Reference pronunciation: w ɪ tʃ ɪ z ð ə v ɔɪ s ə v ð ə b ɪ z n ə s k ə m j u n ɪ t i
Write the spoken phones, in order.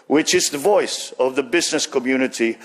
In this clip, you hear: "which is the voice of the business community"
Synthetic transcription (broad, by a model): w ɪ tʃ ɪ z ð ə v ɔɪ s ə v ð ə b ɪ z n ə s k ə m j u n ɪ t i